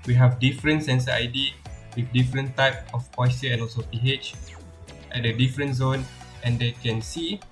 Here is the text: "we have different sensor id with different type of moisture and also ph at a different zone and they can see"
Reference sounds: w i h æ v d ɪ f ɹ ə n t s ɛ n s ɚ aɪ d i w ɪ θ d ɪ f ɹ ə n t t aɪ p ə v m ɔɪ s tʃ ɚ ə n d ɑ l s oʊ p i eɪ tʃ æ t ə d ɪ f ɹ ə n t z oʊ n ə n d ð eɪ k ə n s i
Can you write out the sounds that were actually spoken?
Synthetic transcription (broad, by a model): w i h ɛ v d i f ɹ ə n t s ɛ n s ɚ aɪ d i w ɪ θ d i f ɹ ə n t t aɪ p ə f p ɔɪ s ɚ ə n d ɑ l s oʊ p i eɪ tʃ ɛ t ə d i f ɹ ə n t z oʊ n ə n d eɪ k ə n s i